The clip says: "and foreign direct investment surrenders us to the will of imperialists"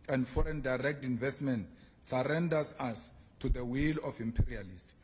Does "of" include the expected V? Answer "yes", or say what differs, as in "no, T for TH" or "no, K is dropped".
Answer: no, F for V